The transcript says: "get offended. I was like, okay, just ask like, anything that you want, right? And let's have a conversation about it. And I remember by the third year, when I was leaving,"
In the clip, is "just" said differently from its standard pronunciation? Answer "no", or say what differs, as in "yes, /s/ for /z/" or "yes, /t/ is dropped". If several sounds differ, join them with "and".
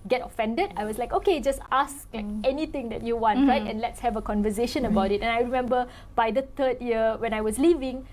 no